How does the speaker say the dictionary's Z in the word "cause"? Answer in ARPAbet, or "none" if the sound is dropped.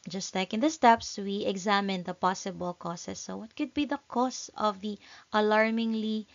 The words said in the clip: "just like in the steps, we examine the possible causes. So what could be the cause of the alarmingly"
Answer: S